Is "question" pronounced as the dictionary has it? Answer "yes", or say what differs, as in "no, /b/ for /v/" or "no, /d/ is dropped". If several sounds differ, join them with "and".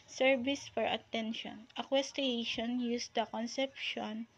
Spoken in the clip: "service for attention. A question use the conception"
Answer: no, /ʃ/ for /tʃ/